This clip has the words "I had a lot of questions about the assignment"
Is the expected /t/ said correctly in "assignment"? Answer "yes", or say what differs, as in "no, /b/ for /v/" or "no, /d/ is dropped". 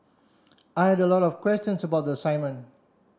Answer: no, /t/ is dropped